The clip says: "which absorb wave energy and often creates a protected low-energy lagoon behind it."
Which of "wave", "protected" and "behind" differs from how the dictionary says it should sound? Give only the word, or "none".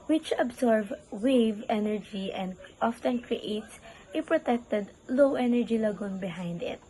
none